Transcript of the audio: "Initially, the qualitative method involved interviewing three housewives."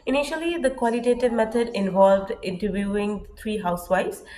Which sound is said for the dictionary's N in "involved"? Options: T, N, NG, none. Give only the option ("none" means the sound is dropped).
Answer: N